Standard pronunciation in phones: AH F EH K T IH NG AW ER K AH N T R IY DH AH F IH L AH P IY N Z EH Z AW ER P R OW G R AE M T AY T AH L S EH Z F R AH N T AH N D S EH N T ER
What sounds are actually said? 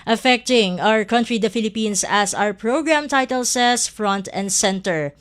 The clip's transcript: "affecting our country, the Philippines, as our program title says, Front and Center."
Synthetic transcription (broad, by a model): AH F EH K T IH NG AW ER K AH N T R IY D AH F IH L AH P IY N S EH S AW ER P R OW G R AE M T AY T AH L S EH S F R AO N T AH N D S EH N T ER